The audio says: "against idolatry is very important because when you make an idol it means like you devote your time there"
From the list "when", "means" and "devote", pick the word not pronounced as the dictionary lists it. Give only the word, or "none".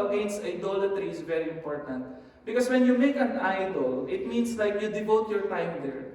means